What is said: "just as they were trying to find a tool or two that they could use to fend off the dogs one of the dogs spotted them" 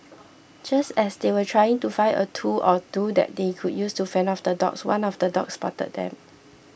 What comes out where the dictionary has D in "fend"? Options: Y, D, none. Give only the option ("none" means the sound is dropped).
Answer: none